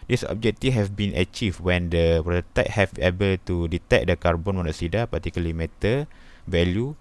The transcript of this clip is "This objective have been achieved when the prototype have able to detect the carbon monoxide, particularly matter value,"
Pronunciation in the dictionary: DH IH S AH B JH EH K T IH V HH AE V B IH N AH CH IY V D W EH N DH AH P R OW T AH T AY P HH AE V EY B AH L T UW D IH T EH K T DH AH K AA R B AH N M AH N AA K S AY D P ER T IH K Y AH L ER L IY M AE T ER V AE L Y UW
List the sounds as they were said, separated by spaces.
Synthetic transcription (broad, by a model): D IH S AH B JH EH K T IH HH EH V B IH N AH CH IY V W EH N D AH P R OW T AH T HH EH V EY B AH L T UW D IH T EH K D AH K AA R B AH N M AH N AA S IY D P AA T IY K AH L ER L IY M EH T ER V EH L Y UW